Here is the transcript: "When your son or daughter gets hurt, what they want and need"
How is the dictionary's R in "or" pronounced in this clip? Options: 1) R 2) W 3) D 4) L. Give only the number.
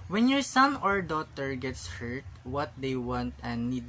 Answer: 1